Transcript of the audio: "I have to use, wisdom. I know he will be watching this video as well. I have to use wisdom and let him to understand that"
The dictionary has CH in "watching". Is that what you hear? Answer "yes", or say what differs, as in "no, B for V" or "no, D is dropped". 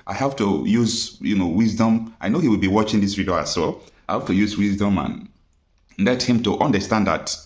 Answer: yes